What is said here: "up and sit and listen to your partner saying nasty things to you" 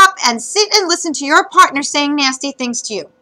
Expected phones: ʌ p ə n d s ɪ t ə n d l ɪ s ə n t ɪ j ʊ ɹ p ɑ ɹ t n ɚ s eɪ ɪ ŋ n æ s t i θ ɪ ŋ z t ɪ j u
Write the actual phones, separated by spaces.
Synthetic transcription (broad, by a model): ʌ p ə n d s ɪ t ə n l ɪ s ə n t ɪ j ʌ ɹ p ɑ ɹ t n ɚ s eɪ ɪ ŋ n æ s t i θ ɪ ŋ z t ɪ j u